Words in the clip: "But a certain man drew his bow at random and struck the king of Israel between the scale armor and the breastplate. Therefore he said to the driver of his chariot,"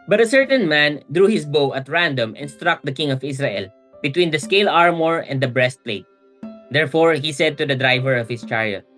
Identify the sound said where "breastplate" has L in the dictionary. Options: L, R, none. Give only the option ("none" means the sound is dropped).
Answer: L